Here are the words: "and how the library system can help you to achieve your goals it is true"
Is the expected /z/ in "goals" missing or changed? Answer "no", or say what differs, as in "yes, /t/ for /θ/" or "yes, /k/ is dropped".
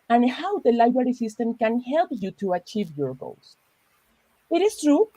yes, /s/ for /z/